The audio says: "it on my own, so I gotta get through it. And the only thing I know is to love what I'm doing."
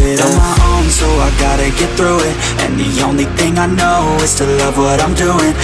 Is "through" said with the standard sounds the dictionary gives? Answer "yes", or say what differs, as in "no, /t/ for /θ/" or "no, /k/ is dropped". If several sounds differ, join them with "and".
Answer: yes